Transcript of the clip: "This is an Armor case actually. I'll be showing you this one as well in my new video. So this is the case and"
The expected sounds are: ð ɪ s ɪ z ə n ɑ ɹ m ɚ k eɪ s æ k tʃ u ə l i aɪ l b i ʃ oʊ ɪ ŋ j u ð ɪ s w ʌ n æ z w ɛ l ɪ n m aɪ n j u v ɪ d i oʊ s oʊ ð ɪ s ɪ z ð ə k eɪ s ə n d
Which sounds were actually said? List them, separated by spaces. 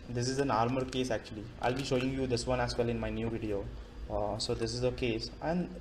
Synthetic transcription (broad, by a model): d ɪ s ɪ z ə n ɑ ɹ m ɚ k eɪ s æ k tʃ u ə l i aɪ l b i ʃ oʊ ɪ ŋ j u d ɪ s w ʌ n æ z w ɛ l ɪ n m aɪ n j u v ɪ d i oʊ s oʊ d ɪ s ɪ z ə k eɪ s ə n d